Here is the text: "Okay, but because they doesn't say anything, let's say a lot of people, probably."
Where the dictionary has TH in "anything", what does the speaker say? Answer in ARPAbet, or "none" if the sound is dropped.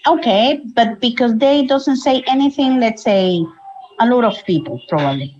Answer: TH